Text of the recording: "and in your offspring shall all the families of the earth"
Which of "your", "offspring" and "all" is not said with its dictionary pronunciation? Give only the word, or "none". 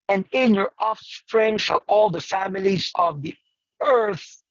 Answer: none